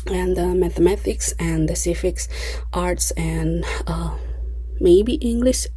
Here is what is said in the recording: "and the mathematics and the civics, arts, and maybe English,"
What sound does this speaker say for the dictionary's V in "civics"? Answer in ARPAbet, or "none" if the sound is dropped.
F